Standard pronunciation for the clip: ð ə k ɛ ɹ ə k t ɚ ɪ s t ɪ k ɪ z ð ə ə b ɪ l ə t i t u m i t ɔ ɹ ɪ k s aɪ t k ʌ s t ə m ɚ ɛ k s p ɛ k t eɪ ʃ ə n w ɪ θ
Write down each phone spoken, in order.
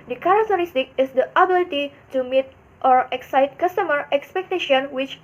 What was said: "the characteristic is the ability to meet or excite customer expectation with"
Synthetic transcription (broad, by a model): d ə k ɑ ɹ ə k t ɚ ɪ s t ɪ k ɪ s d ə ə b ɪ l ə t i t u m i t ɔ ɹ ɪ k s aɪ t k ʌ s t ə m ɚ ɛ k s p ɛ k t eɪ ʃ ə n w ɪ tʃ